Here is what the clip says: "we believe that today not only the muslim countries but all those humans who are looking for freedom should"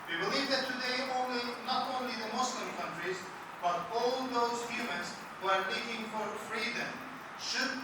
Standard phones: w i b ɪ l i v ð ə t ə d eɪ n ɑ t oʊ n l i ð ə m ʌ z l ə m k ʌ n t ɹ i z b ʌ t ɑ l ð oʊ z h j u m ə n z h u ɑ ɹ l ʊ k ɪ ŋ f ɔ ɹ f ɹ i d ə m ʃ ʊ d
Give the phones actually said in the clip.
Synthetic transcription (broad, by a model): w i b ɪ l i v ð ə t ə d eɪ n ɑ t oʊ n l i ð ə m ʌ s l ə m k ʌ n t ɹ i z b ʌ t ɑ l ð oʊ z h j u m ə n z h u ɑ ɹ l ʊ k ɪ ŋ f ɔ ɹ f ɹ i d ə m ʃ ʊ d